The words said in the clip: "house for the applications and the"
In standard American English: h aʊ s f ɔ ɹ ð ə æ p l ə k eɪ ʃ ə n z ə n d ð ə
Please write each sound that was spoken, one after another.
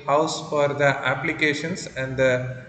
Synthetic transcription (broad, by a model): h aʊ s f ɔ ɹ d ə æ p l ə k eɪ ʃ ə n s ə n d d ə